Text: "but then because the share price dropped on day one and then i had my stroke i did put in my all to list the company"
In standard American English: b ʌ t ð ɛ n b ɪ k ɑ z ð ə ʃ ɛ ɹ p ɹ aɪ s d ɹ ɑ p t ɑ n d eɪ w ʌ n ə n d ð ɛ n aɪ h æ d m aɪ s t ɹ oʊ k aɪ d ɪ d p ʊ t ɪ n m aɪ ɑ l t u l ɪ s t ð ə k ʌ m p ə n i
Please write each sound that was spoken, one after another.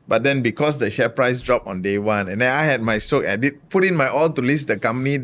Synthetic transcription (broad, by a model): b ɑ t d ɛ n b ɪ k ɑ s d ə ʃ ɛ p ɹ aɪ s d ɹ ɑ p ɑ n d eɪ w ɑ n ə n d ɛ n aɪ h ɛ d m aɪ s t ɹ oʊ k aɪ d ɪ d p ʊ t ɪ n m aɪ ɑ l t u l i s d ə k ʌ m p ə n i